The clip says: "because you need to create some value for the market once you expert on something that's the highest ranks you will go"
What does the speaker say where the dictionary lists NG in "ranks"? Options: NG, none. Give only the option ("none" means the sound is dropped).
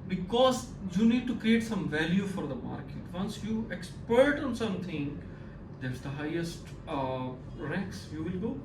none